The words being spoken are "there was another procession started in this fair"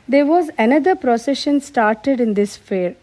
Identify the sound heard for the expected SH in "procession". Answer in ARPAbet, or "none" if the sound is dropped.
SH